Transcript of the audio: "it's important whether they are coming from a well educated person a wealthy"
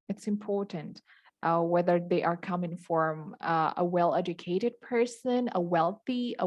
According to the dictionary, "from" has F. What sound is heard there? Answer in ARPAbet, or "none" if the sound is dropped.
F